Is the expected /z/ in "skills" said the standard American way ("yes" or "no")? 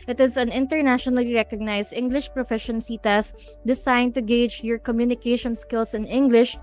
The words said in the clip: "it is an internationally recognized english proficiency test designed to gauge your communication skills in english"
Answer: no